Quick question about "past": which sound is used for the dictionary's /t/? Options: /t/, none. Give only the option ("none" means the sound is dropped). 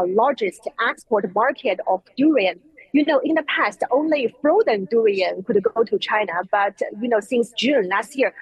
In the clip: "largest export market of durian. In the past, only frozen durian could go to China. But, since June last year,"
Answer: /t/